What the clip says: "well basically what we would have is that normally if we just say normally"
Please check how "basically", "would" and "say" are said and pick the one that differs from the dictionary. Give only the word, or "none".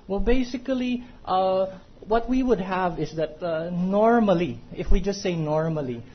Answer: none